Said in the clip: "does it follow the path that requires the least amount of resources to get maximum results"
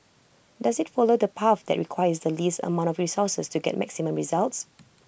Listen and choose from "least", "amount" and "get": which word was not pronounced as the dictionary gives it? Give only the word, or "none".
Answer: none